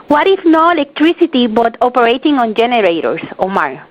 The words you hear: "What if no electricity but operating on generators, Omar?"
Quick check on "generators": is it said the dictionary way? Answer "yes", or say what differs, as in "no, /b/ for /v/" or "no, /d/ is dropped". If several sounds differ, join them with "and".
no, /s/ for /z/